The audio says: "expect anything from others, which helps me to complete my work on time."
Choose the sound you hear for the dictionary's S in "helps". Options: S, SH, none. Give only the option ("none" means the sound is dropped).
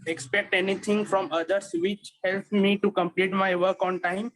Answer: none